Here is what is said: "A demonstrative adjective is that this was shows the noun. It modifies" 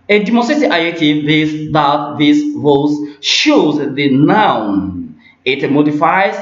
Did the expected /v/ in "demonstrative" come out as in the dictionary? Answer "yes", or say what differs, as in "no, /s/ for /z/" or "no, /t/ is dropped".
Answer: no, /v/ is dropped